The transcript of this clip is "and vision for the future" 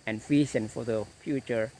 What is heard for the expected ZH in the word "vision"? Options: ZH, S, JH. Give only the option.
S